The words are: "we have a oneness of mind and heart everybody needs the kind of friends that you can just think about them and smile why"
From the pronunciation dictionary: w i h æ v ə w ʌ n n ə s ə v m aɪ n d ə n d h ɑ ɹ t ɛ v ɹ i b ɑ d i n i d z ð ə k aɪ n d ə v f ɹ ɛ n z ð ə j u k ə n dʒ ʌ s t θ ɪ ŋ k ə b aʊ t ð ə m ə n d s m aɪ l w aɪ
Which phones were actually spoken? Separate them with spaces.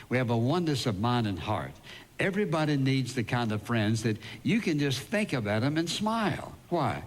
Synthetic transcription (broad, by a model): w i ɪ v ə w ʌ n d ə s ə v m aɪ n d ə n h ɑ ɹ t ɛ v ɹ i b ɑ d i n i d z ð ə k aɪ n d ə v f ɹ ɛ n z ð ə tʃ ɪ k ə n dʒ ʌ s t θ ɪ ŋ k ə b aʊ t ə m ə n s m aɪ l w aɪ